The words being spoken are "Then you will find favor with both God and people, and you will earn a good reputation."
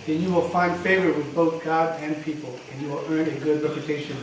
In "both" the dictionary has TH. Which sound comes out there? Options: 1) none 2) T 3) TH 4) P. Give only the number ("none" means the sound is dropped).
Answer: 3